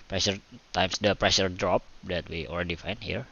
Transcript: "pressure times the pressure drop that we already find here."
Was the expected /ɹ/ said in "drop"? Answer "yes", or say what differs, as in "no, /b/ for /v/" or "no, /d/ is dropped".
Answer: yes